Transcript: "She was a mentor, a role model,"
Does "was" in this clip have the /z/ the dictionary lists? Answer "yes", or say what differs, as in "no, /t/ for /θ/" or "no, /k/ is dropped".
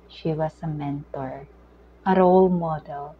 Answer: no, /s/ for /z/